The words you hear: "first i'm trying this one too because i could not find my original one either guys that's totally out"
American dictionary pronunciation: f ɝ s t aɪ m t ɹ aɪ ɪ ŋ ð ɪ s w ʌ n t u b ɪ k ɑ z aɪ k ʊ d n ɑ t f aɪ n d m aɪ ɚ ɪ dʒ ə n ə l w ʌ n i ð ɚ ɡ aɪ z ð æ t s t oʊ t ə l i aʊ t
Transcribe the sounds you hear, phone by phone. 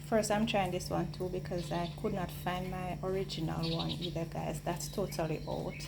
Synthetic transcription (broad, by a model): f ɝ s t aɪ m t ɹ aɪ ɪ ŋ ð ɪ s w ʌ n t u b ɪ k ɑ z aɪ k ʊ d n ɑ t f aɪ n d m aɪ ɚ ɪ dʒ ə n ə l w ʌ n i ð ɚ ɡ aɪ z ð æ t s t oʊ t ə l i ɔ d